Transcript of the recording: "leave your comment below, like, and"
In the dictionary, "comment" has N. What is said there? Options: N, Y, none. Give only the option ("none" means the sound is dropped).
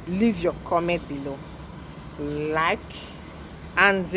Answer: none